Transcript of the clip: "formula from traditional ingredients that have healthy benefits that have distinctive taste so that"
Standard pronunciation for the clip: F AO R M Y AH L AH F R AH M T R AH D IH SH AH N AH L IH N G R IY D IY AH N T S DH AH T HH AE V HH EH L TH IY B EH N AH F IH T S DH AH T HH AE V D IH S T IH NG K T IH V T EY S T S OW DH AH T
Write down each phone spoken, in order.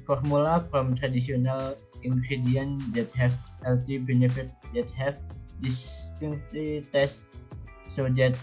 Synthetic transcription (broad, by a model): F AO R M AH L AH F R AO M T R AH D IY S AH N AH L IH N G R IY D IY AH N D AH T HH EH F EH L T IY B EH N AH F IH T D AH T HH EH F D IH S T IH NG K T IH T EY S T S OW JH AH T